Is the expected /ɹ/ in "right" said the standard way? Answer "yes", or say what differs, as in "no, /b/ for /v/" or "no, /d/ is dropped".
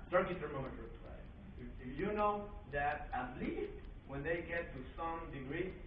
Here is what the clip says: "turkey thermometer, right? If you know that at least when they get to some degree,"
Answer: no, /l/ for /ɹ/